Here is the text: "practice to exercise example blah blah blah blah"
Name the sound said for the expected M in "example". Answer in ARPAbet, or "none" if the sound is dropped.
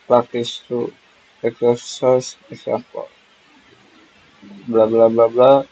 none